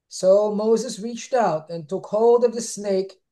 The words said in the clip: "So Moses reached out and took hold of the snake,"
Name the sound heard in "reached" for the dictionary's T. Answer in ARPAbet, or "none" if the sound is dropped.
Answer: T